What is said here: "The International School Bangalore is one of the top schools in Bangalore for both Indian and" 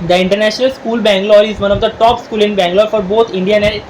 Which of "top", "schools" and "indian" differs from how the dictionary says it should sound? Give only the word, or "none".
schools